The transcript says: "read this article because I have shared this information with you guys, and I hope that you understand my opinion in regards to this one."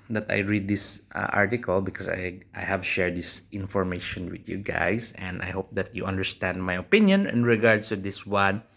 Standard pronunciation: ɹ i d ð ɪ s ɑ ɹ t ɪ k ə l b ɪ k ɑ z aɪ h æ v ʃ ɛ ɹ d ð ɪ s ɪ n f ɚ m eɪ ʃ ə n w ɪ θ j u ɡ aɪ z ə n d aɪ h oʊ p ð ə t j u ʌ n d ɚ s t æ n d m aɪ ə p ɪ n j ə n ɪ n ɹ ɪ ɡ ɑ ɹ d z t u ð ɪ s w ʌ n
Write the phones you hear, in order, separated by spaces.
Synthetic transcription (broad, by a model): ɹ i d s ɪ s ɑ ɹ t ɪ k ə l b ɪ k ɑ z aɪ h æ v ʃ ɛ ɹ d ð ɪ s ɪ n f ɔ m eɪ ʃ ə n w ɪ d j u ɡ aɪ s ə n d aɪ h oʊ p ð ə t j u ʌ n d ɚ s t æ n d m aɪ ə p ɪ n j ə n ɪ n ɹ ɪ ɡ ɑ ɹ d s t u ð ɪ s w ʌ n